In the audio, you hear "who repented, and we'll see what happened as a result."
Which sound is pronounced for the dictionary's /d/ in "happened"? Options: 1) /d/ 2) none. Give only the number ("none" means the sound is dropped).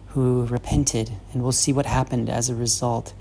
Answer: 1